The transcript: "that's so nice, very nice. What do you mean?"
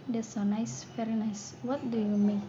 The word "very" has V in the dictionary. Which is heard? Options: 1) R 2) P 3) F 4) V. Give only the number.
3